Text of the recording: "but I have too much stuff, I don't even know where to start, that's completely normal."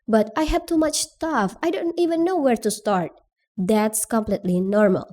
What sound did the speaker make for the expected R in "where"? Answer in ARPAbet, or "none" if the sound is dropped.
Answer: R